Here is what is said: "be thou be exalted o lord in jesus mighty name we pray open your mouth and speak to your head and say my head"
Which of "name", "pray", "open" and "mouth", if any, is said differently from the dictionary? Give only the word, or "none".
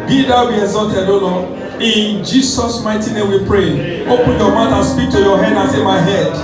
mouth